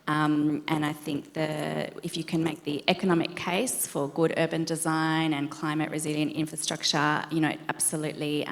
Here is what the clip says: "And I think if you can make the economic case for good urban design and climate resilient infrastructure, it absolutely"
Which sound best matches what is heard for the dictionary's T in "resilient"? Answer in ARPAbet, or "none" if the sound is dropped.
T